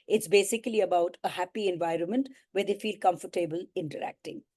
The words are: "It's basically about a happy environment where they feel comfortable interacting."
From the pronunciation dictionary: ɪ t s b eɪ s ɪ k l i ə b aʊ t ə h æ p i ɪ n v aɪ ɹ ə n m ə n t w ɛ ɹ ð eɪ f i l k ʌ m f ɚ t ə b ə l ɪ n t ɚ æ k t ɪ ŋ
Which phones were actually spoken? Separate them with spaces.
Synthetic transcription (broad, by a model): ɪ t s b eɪ s ɪ k l i ə b aʊ t ə h æ p i ɪ n v aɪ ɹ ə n m ə n t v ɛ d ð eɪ f i l k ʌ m f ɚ t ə b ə l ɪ n t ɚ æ k t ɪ ŋ